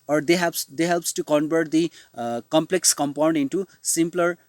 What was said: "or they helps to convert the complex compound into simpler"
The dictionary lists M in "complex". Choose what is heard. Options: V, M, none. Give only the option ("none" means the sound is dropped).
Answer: M